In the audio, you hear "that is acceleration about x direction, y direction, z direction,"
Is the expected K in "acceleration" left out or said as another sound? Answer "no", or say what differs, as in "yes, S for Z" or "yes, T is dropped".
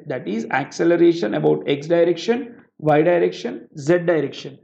no